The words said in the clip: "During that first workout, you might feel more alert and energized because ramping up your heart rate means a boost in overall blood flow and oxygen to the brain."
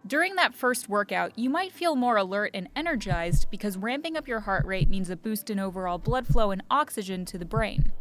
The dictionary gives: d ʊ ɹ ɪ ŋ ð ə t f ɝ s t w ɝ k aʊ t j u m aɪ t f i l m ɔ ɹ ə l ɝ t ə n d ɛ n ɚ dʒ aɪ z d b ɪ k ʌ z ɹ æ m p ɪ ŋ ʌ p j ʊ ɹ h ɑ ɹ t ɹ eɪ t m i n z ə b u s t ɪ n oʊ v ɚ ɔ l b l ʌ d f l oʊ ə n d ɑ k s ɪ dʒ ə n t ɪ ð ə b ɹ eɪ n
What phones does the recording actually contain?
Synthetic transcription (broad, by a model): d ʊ ɹ ɪ ŋ ð ə t f ɝ s t w ɝ k aʊ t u m aɪ t f i l m ɔ ɹ ə l ɝ t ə n ɛ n ɚ dʒ aɪ z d b ɪ k ʌ z ɹ æ m p ɪ ŋ ʌ p j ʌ ɹ h ɑ ɹ t ɹ eɪ t m i n z ə b u s t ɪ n oʊ v ɚ ɔ l b l ʌ d f l oʊ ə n ɑ k s ɪ dʒ ə n t ɪ ð ə b ɹ eɪ n